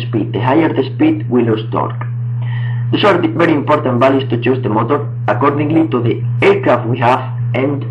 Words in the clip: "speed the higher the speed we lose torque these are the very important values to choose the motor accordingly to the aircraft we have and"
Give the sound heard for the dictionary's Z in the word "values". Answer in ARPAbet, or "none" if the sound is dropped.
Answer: S